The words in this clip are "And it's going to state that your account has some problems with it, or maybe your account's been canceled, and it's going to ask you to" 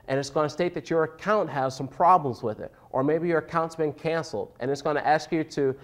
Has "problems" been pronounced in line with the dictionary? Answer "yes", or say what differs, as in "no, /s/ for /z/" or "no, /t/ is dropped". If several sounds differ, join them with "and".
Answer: yes